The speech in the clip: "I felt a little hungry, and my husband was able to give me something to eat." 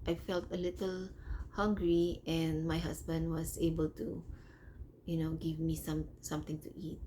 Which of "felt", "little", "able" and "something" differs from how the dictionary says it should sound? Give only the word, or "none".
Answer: something